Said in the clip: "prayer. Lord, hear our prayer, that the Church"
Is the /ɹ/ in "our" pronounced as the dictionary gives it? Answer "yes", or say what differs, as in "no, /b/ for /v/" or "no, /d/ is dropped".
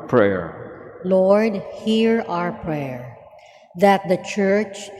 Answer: yes